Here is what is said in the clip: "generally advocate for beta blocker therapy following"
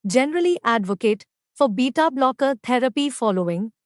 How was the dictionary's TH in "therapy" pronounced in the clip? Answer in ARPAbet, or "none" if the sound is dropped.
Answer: T